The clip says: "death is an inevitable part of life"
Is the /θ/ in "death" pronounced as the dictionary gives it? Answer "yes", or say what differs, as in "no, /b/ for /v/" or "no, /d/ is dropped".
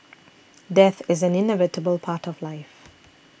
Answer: yes